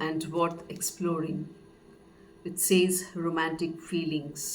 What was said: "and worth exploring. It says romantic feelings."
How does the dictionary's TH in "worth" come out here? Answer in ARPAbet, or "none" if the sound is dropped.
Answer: T